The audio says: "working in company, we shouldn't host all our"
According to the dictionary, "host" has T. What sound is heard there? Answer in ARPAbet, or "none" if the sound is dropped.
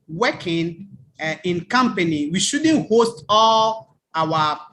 T